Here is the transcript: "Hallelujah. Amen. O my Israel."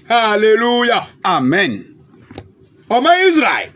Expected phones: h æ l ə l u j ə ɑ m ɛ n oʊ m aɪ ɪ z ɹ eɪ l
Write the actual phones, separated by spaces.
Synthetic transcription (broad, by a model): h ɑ l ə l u j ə ɑ m ɛ n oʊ m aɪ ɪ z ɹ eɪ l